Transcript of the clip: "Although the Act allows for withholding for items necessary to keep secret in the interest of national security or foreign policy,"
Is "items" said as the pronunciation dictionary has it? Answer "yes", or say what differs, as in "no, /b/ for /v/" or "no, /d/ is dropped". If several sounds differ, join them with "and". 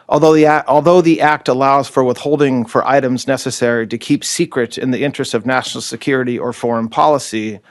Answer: yes